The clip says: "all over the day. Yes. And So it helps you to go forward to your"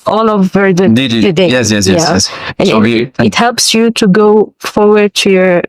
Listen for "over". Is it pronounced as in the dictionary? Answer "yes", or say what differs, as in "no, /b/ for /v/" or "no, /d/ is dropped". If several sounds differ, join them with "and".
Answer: yes